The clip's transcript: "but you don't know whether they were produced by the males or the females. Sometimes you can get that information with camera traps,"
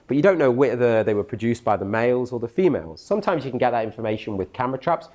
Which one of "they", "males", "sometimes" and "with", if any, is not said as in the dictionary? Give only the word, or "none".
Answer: none